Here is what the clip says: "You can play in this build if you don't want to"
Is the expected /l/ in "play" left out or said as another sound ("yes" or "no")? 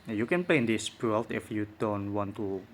no